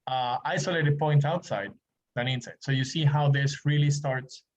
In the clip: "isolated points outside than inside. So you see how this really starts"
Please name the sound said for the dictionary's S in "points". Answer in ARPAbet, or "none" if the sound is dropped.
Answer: none